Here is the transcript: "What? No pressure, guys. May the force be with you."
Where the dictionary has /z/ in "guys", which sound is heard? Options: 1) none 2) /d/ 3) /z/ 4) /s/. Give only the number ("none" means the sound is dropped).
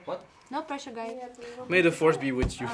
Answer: 1